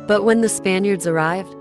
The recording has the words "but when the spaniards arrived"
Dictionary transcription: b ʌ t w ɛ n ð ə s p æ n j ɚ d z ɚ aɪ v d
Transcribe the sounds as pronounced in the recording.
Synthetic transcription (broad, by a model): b ʌ t w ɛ n ð ə s p æ n j ɚ d z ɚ aɪ v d